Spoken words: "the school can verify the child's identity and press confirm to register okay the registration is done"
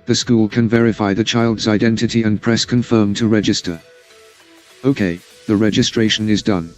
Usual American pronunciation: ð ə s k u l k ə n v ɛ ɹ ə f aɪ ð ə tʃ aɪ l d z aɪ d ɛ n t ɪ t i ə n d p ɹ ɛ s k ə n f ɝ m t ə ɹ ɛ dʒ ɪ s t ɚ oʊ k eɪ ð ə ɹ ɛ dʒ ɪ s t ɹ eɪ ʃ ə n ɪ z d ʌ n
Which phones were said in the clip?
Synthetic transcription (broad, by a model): ð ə s k u l k ə n v ɛ ɹ ə f aɪ ð ə tʃ aɪ l d z aɪ d ɛ n t ɪ t i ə n p ɹ ɛ s k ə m f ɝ m t ə ɹ ɛ dʒ ɪ s t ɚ oʊ k eɪ ð ə ɹ ɛ dʒ ɪ s t ɹ eɪ ʃ ə n ɪ z d ʌ n